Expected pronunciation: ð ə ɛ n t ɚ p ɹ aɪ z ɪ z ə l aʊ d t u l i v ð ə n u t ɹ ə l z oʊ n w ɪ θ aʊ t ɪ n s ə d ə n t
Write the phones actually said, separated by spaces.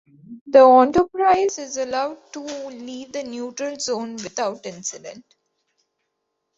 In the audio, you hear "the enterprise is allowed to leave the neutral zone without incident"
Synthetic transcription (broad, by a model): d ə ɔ n t ɚ p ɹ aɪ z ɪ z ə l aʊ d t u l i v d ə n u t ɹ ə l z oʊ n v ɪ t aʊ t ɪ n s ə d ə n t